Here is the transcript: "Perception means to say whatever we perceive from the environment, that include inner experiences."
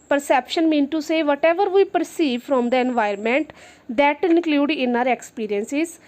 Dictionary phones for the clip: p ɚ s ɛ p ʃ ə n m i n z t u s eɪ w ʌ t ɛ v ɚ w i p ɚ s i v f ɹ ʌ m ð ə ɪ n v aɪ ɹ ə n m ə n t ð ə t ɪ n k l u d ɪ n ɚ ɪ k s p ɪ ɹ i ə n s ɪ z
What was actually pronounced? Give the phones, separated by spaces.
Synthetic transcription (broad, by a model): p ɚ s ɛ p ʃ ə n m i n t u s eɪ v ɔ t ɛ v ɚ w i p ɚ s i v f ɹ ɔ m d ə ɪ n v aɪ ə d m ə n t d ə t ɪ n k l u d ɪ n ɚ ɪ k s p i ɹ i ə n s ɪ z